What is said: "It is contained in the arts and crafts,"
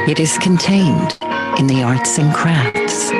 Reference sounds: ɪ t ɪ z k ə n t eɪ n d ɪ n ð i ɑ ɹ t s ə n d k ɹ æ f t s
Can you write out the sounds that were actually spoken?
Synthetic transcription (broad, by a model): ɪ t ɪ z k ə n t eɪ n d ɪ n ð i ɑ ɹ t s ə n k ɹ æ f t s